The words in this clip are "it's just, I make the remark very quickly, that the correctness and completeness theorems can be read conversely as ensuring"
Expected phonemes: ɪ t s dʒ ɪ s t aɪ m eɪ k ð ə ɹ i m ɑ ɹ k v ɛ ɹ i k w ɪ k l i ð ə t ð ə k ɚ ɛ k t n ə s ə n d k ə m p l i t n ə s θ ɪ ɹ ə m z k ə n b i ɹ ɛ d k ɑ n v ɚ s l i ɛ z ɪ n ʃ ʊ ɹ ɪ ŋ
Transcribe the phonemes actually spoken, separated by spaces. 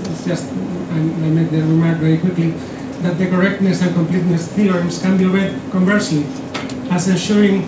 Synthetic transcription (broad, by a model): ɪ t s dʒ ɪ s t aɪ m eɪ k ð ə ɹ i m ɑ ɹ k v ɛ ɹ i k w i k l i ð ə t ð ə k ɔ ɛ k t n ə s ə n k ə m p l i t n ə s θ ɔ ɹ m s k ə n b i w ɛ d k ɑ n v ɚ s i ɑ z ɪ n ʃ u ɹ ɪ ŋ